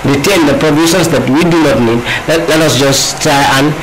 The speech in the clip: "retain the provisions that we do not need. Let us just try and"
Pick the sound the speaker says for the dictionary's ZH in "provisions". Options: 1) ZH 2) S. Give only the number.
2